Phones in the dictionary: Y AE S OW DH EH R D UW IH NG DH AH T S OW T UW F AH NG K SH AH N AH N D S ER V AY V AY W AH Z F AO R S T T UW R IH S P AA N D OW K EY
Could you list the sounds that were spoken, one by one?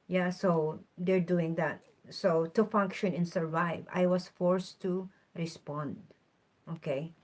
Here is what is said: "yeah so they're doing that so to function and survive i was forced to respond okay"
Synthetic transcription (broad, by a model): Y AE S OW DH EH R D UW IH NG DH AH T S OW T UW F AH NG K SH AH N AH N S ER V AY V AY W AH S F AO R S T T UW R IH S P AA N D OW K EY